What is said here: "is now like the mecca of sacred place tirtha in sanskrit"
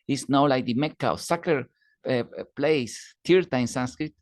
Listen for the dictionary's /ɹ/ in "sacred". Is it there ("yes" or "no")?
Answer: no